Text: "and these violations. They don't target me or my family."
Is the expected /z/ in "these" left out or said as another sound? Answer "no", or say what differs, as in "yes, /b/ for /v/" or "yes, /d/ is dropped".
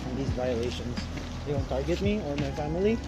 no